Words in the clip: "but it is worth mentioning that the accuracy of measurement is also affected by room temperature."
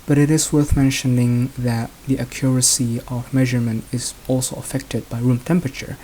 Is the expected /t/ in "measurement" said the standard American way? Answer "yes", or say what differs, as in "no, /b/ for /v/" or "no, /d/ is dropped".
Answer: yes